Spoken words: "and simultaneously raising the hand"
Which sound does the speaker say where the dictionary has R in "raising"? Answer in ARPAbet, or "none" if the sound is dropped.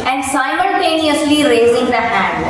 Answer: R